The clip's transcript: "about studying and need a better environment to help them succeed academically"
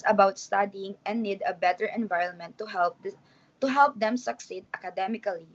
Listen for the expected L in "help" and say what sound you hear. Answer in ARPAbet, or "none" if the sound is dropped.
L